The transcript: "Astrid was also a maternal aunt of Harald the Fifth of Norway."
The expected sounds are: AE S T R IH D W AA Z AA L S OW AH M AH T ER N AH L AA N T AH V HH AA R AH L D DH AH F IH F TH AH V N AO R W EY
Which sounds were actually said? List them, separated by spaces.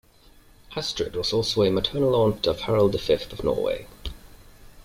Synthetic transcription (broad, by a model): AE S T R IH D W AA Z AA L S OW AH M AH T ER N AH L AA N T AH V HH AA R AH L D DH AH F IH F TH AH V N AO W EY